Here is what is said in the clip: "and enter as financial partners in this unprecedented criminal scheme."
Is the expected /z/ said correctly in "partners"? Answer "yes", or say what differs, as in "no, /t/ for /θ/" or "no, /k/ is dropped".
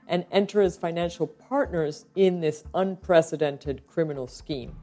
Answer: yes